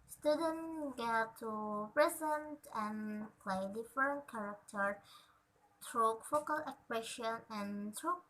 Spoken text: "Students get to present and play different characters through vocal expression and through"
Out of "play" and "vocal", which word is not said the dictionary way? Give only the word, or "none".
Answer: vocal